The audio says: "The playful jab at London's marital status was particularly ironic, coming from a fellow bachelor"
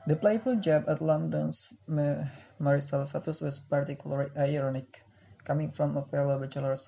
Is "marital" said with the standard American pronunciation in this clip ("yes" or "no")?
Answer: no